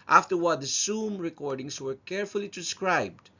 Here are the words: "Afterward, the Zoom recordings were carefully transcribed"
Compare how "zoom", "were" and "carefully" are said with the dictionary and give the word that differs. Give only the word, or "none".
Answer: zoom